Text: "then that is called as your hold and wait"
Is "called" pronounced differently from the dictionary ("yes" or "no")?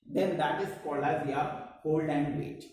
yes